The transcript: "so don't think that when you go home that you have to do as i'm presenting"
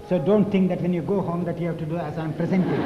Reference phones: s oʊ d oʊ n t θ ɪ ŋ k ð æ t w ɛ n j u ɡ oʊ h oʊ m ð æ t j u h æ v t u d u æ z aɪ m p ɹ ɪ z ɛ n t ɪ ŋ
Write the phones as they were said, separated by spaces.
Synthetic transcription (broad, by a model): s oʊ d oʊ n t t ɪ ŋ k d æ t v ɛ n j u ɡ oʊ h oʊ m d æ t j u h æ v t u d u æ z aɪ m p ɹ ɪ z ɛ n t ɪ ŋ